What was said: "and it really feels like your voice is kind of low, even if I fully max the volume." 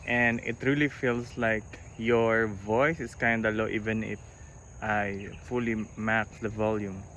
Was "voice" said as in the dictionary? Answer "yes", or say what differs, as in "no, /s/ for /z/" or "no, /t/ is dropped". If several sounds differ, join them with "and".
yes